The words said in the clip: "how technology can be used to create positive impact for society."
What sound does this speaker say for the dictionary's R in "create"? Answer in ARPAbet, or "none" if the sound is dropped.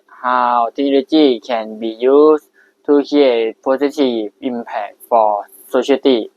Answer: none